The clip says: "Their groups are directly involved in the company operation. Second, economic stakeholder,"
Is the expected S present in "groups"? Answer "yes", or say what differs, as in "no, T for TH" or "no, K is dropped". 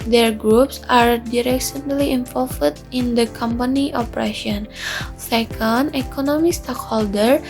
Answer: yes